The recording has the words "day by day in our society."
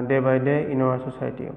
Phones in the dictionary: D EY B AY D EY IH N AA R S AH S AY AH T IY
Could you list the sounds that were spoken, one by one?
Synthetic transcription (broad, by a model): D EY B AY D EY IH N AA W S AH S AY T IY